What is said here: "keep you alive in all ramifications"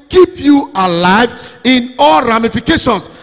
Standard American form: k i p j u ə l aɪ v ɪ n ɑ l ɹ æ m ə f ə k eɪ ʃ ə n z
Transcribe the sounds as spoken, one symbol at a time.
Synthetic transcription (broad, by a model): k i p j u ə l aɪ v ɪ n ɑ l ɹ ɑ m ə f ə k eɪ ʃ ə n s